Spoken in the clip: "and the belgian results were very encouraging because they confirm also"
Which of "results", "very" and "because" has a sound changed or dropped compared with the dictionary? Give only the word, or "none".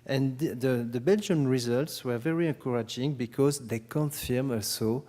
none